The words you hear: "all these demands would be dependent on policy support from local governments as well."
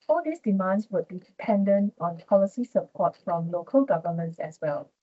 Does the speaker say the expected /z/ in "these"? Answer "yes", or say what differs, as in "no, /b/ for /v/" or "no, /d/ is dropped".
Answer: no, /s/ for /z/